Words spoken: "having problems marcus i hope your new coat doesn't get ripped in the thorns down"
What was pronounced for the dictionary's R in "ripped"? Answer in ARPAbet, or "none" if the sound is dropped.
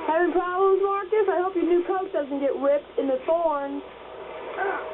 W